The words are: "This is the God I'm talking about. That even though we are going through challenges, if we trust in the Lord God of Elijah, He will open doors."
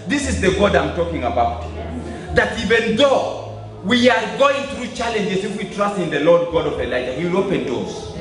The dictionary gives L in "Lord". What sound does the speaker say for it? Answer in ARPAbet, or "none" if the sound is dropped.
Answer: L